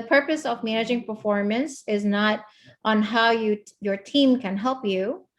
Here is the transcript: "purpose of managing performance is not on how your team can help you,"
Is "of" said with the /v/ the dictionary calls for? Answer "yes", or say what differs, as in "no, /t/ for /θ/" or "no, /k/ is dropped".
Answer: yes